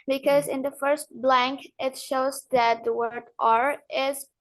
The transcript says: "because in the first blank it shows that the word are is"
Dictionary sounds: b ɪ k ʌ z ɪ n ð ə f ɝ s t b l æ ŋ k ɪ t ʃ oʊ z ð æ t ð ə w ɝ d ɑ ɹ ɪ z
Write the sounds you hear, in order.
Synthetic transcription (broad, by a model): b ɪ k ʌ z ɪ n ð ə f ɝ s t b l æ ŋ k ɪ t ʃ oʊ z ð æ t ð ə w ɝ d ɑ ɹ ɪ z